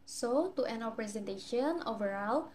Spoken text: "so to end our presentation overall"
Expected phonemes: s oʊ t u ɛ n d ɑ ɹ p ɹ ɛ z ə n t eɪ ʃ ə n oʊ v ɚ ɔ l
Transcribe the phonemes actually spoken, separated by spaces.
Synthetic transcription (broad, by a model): s oʊ t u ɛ n ɑ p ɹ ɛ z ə n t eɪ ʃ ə n oʊ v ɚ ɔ l